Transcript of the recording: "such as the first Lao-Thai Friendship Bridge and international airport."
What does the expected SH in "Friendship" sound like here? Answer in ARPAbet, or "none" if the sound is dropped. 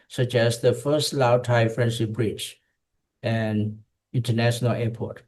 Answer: S